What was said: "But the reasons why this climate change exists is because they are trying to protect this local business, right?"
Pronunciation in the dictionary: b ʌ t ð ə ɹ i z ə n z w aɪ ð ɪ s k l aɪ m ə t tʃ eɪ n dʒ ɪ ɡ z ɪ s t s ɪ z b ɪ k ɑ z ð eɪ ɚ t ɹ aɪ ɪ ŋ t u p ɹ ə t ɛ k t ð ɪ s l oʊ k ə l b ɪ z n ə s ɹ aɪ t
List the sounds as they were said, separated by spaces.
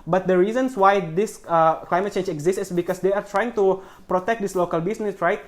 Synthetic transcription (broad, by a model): b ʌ t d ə ɹ i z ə n s w aɪ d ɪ s k l aɪ m ə t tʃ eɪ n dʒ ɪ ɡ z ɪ s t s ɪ s b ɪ k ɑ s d eɪ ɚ t ɹ aɪ ɪ ŋ t u p ɹ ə t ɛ k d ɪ s l oʊ k ə l b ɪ s n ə s ɹ aɪ t